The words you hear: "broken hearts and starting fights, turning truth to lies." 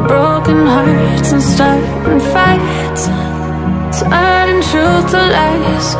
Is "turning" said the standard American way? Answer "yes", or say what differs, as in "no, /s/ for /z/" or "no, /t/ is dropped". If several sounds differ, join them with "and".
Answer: no, /s/ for /t/ and /n/ is dropped